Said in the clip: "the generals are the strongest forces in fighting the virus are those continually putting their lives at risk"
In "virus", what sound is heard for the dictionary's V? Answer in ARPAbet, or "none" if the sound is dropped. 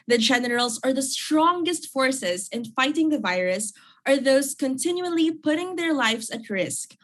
V